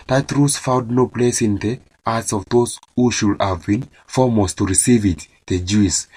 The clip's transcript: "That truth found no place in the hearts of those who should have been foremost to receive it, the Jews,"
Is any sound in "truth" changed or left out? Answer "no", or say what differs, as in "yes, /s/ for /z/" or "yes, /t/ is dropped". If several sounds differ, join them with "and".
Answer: yes, /s/ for /θ/